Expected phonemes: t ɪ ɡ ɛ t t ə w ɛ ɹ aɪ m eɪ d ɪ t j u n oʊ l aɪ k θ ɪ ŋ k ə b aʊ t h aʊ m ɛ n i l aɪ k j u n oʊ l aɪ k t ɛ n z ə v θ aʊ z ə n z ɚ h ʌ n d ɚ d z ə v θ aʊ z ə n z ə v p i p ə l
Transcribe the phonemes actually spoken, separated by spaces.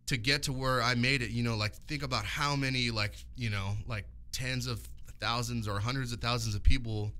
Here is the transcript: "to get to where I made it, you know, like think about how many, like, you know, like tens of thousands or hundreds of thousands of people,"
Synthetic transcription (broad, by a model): t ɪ ɡ ɛ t t ə w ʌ ɹ aɪ m eɪ d ɪ t j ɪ n oʊ l aɪ k θ ɪ ŋ k ə b aʊ t h aʊ m ɛ n i l aɪ k j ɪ n oʊ l aɪ k t ɛ n z ə v θ aʊ z ə n z ɚ h ʌ n d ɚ d z ə v θ aʊ z n z ə v p i p l